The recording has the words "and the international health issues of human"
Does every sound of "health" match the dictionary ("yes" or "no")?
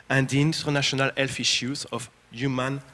no